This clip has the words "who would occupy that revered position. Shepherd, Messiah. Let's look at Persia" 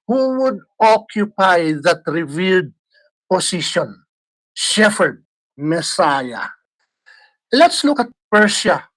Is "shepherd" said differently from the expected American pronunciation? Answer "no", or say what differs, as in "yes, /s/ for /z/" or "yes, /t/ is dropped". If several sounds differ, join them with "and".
yes, /f/ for /p/